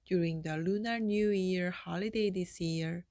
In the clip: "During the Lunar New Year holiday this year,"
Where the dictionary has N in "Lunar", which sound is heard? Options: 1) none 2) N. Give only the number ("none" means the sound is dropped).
2